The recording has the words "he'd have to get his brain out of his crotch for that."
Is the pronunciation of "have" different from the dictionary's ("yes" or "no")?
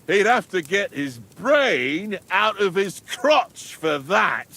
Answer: yes